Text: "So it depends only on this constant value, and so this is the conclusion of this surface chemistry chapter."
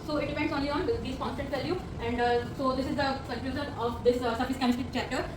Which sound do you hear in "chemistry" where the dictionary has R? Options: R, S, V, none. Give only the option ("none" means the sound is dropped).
none